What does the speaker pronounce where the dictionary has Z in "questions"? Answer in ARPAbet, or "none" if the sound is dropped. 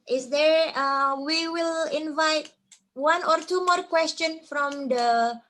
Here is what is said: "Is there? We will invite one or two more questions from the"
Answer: none